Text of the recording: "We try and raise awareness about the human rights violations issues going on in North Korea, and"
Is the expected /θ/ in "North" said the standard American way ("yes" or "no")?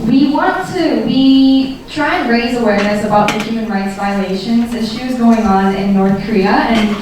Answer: yes